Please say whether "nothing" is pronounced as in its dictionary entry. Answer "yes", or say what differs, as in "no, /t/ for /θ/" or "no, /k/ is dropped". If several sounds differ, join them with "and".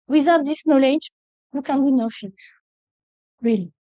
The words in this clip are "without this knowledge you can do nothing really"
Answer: no, /f/ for /θ/